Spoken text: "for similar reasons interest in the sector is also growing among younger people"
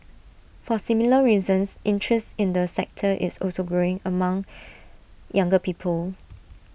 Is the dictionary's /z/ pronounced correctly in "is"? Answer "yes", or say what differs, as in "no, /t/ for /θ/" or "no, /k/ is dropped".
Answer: no, /s/ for /z/